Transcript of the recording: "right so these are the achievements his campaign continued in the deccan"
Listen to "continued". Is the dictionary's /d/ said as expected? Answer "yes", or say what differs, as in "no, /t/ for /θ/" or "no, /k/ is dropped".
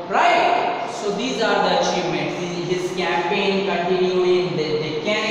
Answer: no, /d/ is dropped